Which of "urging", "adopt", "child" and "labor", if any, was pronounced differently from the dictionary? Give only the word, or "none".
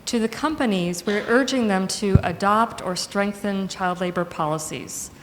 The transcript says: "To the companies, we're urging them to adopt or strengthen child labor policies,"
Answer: none